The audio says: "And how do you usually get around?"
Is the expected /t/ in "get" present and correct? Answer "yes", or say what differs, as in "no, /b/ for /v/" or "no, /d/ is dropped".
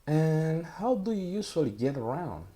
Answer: yes